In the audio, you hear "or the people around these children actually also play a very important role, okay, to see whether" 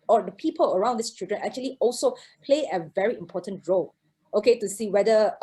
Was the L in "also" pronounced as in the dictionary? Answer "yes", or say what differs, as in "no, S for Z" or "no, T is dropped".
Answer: yes